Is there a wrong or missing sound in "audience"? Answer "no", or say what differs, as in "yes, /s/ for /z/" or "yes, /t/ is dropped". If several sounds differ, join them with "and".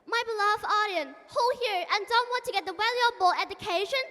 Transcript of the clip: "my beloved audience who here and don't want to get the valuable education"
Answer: yes, /s/ is dropped